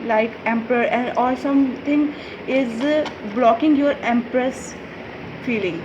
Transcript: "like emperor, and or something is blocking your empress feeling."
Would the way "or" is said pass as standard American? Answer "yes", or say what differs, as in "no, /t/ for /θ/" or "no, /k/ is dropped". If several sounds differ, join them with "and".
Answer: no, /l/ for /ɹ/